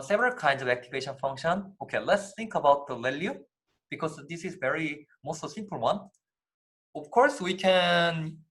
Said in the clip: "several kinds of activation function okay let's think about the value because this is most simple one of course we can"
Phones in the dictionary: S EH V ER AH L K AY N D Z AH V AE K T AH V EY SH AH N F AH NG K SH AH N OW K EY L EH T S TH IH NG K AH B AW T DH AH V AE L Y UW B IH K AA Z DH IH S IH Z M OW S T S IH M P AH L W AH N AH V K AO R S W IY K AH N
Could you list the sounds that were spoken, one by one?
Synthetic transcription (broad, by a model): S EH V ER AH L K AY N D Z AH V AE K T AH V EY SH AH N F AH NG K SH AH N OW K EY L EH T S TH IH NG K AH B AW T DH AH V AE L Y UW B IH K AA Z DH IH S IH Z M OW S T S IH M P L W AH N AH V K AO R S W IY K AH N